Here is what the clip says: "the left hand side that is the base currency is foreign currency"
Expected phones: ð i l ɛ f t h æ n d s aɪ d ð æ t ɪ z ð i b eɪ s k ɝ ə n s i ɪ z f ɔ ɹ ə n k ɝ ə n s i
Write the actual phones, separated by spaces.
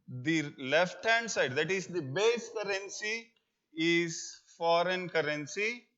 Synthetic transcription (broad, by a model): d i l ɛ f t h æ n d s aɪ d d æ t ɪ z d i b eɪ s k ɝ ə n s i ɪ z f ɔ ɹ ə n k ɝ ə n s i